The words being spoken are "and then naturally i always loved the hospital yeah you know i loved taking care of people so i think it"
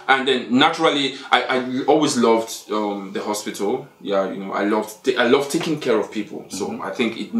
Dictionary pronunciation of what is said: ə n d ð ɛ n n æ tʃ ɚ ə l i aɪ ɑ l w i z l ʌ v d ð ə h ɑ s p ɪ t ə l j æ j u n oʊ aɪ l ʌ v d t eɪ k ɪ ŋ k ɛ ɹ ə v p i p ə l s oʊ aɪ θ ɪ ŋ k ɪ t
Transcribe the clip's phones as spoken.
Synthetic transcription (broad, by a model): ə n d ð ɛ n n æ tʃ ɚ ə l i aɪ ɑ l w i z l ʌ v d ð ə h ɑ s p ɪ t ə l j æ j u n oʊ aɪ l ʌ v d t eɪ k ɪ ŋ k ɛ ɹ ə v p i p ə l s oʊ aɪ θ ɪ ŋ k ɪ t